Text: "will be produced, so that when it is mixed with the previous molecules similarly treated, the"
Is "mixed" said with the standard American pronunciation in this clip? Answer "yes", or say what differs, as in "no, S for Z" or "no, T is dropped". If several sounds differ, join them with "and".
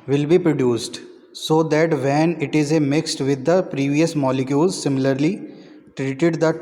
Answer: yes